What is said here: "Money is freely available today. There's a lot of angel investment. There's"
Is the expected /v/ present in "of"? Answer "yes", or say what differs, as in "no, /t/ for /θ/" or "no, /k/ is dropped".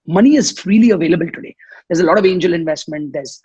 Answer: yes